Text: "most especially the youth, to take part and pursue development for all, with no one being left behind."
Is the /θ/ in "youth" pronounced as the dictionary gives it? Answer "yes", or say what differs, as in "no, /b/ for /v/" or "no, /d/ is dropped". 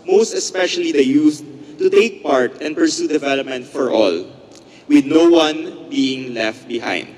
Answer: no, /s/ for /θ/